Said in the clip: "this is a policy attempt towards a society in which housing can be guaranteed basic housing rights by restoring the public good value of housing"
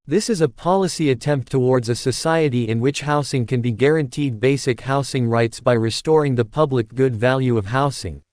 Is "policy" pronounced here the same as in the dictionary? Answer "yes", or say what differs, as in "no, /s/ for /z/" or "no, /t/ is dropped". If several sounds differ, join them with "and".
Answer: yes